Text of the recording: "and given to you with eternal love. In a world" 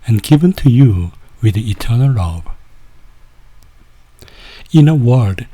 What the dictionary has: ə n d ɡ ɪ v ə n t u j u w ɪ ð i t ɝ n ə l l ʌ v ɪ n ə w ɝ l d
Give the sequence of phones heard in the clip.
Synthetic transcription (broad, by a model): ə n ɡ ɪ v ə n t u j u w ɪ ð i t ɝ n ə l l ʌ b ɪ n ə w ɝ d